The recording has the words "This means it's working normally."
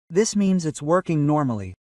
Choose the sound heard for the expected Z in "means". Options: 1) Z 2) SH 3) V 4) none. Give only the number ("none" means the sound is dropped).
1